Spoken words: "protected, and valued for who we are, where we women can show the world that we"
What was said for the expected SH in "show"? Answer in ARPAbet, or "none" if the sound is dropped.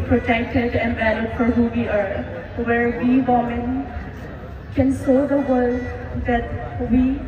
S